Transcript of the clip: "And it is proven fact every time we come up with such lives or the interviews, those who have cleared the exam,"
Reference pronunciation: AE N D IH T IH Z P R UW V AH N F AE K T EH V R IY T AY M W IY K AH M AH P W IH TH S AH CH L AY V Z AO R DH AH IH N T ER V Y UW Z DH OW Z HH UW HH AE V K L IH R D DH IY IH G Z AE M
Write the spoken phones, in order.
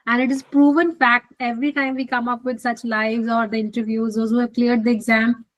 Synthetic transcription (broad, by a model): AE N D IH T IH Z P R UW V AH N F AE K T EH V R IY T AY M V IY K AH M AH P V IH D S AH CH L AY V Z AO R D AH IH N T ER V Y UW Z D OW Z HH UW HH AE V K L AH R D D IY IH G Z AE M